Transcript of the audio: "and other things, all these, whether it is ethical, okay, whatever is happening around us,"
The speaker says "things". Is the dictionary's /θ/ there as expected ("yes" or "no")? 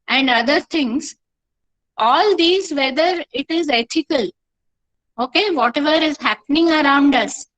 no